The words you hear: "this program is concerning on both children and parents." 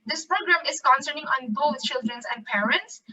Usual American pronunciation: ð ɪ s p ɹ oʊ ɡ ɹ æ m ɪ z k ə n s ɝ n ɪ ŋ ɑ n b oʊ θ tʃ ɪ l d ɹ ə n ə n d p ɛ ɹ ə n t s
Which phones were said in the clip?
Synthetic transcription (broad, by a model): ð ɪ s p ɹ oʊ ɡ ɹ æ m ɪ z k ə n s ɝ n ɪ ŋ ɑ n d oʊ s tʃ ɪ l d ɹ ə n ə n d p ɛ ɹ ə n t s